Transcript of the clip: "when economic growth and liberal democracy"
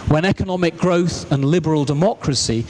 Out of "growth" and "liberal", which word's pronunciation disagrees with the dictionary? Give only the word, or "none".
none